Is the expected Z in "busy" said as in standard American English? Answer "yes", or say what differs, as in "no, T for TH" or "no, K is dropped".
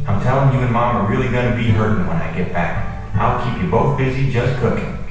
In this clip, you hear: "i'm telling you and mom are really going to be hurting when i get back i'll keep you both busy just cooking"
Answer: yes